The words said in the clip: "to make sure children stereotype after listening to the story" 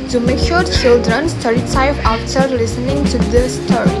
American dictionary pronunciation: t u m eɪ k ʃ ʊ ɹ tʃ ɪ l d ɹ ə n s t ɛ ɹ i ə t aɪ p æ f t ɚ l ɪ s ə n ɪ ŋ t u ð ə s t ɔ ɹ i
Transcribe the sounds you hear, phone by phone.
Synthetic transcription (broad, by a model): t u m eɪ k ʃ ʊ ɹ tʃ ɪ l d ɹ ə n s t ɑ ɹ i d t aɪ f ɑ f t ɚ l ɪ s ə n ɪ ŋ t u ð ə s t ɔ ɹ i